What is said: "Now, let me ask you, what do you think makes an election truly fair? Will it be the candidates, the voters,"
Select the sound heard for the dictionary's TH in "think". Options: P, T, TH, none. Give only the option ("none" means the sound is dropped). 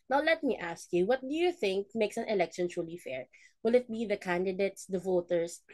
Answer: TH